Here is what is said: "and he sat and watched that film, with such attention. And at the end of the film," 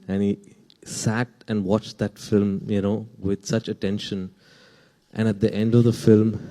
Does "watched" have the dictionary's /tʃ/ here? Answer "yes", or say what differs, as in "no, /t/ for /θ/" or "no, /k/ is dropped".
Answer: yes